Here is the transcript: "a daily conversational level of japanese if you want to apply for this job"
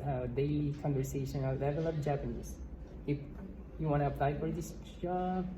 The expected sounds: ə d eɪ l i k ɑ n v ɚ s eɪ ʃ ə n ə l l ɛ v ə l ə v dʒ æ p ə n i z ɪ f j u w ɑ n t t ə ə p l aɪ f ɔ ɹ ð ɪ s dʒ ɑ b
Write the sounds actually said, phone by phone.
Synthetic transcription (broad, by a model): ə d eɪ l i k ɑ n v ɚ s eɪ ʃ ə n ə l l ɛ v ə l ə p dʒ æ p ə n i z ɪ f j u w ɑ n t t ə ə p l aɪ f ɔ ɹ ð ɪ s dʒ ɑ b